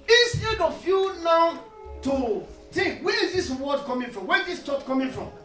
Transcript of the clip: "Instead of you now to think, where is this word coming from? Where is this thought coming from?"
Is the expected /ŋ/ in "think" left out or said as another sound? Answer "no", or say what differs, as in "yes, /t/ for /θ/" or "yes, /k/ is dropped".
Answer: yes, /ŋ/ is dropped